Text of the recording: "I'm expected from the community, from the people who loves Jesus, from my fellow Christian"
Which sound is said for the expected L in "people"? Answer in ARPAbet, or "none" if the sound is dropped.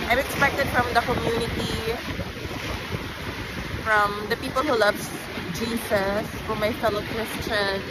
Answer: L